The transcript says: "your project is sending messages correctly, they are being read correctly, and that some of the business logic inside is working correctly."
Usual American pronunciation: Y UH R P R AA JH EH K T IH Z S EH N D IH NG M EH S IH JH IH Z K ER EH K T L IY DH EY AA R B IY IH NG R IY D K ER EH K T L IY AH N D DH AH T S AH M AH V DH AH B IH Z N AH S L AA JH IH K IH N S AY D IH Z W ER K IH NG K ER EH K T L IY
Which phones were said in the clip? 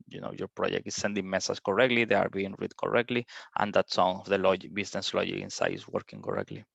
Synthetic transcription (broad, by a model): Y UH R P R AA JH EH K T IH S EH N D IH NG M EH S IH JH K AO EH K T L IY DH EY AA R B IY IH NG R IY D K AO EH K T L IY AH N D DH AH T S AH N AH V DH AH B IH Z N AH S L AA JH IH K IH N S AY IH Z W ER K IH NG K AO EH K T L IY